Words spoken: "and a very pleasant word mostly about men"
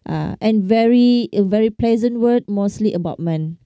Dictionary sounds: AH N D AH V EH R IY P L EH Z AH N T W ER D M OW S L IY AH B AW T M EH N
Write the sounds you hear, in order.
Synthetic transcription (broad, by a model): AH N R AH V EH R IY P L EH Z AH N T W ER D M OW S L IY AH B AW T M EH N